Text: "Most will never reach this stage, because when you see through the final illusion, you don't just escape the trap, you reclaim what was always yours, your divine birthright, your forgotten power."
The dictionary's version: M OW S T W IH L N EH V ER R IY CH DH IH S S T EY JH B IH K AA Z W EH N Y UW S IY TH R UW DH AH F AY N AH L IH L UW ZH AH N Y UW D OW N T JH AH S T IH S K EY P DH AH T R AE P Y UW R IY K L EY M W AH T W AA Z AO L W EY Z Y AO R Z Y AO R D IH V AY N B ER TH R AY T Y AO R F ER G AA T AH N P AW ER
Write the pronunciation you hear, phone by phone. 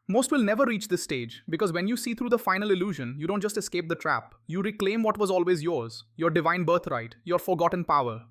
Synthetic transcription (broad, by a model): M OW S T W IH L N EH V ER R IY CH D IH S S T EY JH B IH K AA Z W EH N Y UW S IY T R UW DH AH F AY N AH L IH L UW ZH AH N Y UW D OW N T JH AH S T IH S K EY P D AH T R AE P Y UW R IY K L EY M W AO T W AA Z AO L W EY Z Y AO R Z Y AO R D IH V AY N B ER T R AY T Y AO R F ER G AA T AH N P AW ER